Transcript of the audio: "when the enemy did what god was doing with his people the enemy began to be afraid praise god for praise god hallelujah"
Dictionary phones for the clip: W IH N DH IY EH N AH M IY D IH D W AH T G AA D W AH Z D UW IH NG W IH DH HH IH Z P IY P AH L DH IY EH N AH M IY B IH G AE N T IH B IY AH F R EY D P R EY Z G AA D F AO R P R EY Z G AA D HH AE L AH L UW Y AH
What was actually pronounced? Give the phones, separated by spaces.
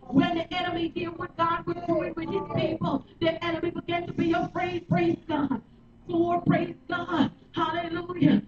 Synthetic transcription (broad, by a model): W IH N DH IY EH N AH M IY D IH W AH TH G AA D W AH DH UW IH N W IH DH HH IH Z P IY P AH L DH IY EH N AH M IY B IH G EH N T IH B IY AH P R EY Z P R EY Z G AA D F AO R P R EY Z G AA D HH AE L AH L UW Y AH